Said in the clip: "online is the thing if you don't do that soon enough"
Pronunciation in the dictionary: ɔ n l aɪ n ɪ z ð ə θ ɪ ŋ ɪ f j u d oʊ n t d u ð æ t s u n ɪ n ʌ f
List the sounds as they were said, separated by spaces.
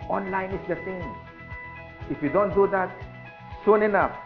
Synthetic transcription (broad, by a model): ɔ n l aɪ n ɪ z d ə s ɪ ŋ ɪ f j u d oʊ n t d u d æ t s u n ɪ n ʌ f